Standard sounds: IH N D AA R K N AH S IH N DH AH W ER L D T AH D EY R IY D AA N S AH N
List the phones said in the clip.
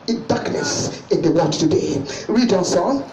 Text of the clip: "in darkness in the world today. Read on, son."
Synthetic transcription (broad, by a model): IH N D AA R K N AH S IH N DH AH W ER D T AH D EY R IY D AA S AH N